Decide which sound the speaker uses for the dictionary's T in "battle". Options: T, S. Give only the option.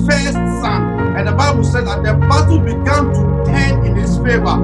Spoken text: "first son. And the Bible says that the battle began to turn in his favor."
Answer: S